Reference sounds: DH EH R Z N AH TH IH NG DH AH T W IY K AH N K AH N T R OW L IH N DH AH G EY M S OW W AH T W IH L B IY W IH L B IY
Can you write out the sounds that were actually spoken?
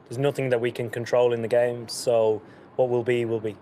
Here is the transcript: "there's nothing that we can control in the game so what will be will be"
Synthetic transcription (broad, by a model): DH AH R Z N AH TH IH NG DH AH T W IY K AH N K AH N T R OW L IH N DH AH G EY M S OW W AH T W IH L B IY W IH L B IY